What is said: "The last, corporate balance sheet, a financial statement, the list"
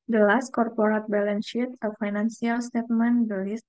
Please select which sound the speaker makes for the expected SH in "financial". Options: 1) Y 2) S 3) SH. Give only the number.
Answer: 2